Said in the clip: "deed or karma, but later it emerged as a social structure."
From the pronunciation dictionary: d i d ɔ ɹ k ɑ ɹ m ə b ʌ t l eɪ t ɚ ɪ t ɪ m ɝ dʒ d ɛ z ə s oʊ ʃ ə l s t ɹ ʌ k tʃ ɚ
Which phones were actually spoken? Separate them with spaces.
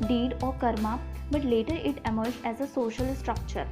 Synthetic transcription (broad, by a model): d i d ɔ ɹ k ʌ ɹ m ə b ʌ t l eɪ t ɚ ɪ t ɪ m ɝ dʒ ɛ z ə s oʊ ʃ ə l s t ɹ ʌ k tʃ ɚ